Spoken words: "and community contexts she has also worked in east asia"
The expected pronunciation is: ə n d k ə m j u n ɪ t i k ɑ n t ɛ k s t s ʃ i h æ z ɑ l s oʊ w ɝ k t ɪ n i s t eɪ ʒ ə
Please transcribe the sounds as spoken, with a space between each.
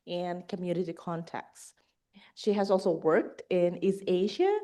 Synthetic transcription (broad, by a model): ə n k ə m j u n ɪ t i k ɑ n t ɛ k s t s ʃ i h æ z ɑ l s oʊ w ɝ k t ɪ n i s eɪ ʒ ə